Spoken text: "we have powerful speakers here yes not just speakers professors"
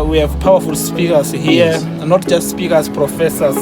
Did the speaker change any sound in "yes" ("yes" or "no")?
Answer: yes